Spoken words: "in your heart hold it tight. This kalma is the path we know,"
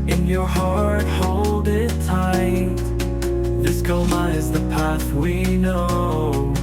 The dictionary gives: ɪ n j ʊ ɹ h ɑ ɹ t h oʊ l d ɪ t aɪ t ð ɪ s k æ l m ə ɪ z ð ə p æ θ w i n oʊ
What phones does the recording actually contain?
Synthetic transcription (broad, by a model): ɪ n j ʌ ɹ h ɑ ɹ t h oʊ l d ɪ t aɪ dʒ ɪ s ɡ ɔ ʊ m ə ɪ z ð ə p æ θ w i n oʊ